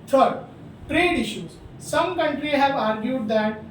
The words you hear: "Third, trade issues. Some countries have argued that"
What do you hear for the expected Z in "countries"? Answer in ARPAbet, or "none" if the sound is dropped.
none